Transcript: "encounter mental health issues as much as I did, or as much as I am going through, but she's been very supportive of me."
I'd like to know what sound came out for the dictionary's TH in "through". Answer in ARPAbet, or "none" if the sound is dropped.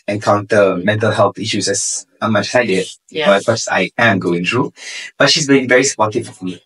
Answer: T